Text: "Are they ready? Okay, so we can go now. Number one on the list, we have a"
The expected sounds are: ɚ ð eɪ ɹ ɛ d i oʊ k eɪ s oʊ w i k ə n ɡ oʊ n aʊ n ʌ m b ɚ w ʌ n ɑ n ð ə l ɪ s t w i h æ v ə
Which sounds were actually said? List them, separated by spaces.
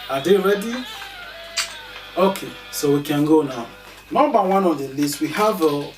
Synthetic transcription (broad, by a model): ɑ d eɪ ɹ ɛ d i oʊ k eɪ s oʊ w i k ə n ɡ oʊ n aʊ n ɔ b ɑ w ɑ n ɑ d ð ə l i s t w i h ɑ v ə